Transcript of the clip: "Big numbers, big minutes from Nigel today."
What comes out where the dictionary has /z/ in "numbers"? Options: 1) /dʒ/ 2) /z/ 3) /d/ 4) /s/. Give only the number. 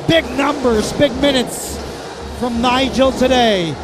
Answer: 2